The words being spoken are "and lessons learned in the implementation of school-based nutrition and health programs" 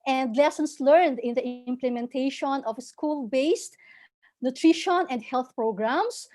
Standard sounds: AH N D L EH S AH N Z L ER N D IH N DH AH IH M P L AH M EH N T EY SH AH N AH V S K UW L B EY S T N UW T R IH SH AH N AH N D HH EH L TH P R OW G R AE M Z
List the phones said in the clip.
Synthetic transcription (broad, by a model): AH N D L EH S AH N S L ER N D IH N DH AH IH M P L AH M EH N T EY SH AH N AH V S K UW L B EY S T N UW T R IH SH AH N AH N D HH EH L TH P R OW G R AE M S